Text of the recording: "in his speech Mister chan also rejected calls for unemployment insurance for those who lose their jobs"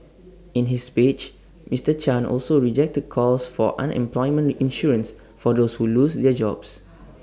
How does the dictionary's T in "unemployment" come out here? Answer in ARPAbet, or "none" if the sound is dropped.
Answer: none